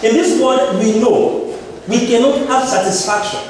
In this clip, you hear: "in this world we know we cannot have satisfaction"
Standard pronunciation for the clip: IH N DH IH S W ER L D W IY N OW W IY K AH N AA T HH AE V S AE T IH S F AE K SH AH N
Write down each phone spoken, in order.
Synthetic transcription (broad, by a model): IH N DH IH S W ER D W IY N OW W IY K AH N AA T HH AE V S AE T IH S F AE K SH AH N